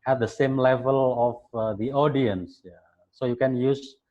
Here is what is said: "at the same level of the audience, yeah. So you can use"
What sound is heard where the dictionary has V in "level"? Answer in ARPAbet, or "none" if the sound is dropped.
V